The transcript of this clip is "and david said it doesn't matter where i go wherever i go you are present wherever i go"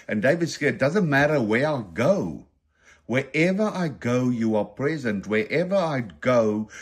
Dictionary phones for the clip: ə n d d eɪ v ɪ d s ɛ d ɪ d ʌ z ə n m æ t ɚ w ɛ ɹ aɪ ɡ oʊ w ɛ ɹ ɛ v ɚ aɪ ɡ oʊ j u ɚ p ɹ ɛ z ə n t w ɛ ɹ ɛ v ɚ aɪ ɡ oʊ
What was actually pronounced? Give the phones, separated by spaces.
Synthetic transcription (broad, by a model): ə n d d eɪ v ɪ d s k ɪ d ʌ z ə n m æ t ɚ w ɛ ɹ aɪ ɡ oʊ w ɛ ɹ ɛ v ɚ aɪ ɡ oʊ j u ɚ p ɹ ɛ z ə n t w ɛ ɹ ɛ v ɚ aɪ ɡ oʊ